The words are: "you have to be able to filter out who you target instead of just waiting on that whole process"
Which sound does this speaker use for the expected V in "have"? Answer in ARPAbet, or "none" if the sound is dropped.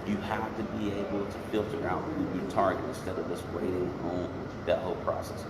F